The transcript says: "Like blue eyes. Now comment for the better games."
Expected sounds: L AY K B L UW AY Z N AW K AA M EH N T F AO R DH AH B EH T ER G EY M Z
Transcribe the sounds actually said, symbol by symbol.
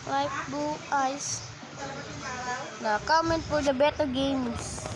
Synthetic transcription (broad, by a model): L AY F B UW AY S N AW K AA M EH N T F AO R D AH B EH T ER G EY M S